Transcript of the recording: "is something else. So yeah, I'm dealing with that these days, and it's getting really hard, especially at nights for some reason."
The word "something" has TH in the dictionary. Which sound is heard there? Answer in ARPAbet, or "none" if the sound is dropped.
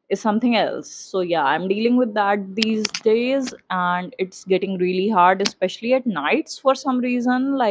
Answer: T